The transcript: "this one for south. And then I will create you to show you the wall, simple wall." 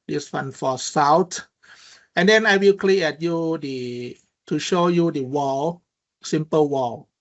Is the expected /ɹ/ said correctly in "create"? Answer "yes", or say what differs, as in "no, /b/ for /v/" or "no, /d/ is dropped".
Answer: no, /l/ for /ɹ/